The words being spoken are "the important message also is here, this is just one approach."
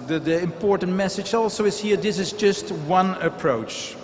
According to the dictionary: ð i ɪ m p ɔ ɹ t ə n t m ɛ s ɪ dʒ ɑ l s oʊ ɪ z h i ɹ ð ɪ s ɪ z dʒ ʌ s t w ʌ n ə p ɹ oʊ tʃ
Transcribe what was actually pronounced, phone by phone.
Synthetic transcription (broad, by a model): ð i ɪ m p ɔ ɹ t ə n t m ɛ s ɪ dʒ ɑ l s oʊ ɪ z h i ɹ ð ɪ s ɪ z dʒ ʌ s t w ʌ n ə p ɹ oʊ tʃ